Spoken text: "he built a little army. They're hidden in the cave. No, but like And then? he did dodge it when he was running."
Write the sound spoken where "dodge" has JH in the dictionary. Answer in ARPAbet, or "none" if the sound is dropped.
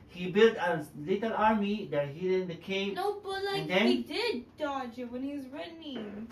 JH